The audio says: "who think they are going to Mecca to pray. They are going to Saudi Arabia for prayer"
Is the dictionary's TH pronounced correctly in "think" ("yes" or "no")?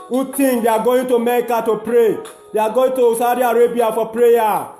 no